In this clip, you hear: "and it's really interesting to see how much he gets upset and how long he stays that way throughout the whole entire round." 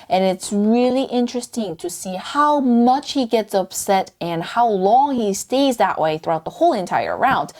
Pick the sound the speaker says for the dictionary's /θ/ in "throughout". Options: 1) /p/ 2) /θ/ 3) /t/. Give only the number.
2